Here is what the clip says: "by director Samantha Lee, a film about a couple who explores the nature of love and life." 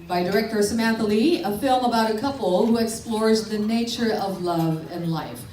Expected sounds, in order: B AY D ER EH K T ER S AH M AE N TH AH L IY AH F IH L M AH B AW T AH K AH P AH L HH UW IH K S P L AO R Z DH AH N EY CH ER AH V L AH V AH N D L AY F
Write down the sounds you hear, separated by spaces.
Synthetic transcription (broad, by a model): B AY D ER EH K T ER S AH M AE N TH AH L IY AH F IH L M AH B AW T AH K AH P L HH UW IH K S P L AO R Z DH AH N EY CH ER AH V L AH V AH N L AY F